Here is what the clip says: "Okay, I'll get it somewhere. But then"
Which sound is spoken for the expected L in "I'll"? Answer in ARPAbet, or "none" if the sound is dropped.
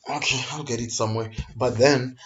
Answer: L